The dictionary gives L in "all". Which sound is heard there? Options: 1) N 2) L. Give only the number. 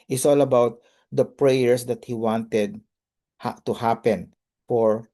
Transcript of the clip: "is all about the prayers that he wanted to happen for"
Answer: 2